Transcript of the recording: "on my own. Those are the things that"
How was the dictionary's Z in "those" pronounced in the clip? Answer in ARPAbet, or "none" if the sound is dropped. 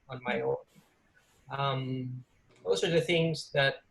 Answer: S